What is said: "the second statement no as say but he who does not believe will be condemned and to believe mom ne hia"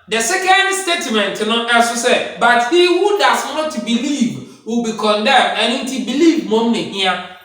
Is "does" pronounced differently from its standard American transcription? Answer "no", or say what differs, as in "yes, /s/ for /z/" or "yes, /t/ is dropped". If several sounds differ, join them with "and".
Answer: yes, /s/ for /z/